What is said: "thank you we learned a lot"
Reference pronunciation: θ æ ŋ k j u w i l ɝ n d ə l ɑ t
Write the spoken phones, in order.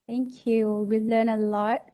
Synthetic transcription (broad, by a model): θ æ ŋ k j u w i l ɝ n ə l ɑ t